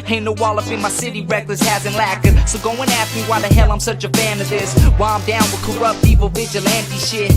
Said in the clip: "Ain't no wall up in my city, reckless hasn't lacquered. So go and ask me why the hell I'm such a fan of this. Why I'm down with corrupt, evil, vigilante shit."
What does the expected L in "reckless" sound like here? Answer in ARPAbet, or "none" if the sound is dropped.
L